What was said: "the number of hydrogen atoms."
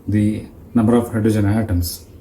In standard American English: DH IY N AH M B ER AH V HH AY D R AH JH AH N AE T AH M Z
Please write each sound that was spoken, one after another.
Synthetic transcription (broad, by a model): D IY N AH M B ER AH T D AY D AH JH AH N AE T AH M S